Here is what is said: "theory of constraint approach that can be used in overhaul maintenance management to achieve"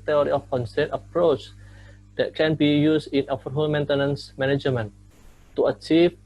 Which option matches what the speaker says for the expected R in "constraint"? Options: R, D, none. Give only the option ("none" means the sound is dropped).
none